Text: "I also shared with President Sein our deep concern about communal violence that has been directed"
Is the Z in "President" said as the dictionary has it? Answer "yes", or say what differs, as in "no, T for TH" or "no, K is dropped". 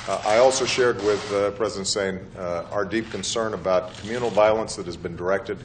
yes